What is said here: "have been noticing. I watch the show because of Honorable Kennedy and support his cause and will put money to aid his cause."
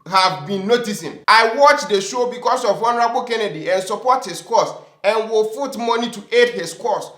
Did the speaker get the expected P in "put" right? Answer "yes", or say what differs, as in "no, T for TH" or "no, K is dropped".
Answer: no, F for P